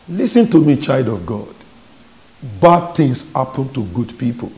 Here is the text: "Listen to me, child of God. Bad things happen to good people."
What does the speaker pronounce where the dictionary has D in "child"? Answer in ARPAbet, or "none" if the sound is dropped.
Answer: D